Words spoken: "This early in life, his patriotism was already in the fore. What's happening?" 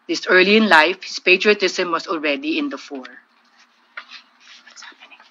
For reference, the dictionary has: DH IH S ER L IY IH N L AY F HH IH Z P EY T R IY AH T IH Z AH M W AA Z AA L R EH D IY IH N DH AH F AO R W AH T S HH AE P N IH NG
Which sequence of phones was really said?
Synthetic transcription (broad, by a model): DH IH S ER L IY IH N L AY F HH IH S P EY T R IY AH T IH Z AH M W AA S AA L R EH D IY IH N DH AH F AO R